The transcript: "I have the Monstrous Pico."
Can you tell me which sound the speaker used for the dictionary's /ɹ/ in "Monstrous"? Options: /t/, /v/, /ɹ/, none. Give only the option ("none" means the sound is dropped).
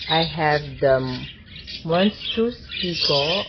none